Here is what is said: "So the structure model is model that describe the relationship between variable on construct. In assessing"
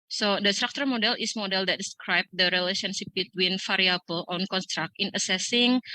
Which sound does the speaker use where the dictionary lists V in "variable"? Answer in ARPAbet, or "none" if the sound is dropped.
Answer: F